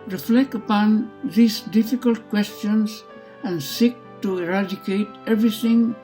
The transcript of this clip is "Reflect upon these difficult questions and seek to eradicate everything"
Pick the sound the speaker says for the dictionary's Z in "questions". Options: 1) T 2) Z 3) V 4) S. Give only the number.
4